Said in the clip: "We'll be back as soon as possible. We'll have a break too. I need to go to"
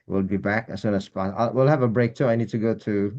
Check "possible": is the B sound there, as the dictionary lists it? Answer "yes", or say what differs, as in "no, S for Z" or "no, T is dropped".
no, B is dropped